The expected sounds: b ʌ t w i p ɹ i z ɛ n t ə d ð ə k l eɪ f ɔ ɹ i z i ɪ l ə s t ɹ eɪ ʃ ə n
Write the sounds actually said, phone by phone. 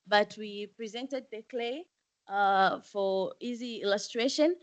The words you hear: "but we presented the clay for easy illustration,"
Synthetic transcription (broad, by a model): b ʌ t w i p ɹ i z ɛ n t ə d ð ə k l eɪ f ɔ ɹ i z i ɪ l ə s t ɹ eɪ ʃ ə n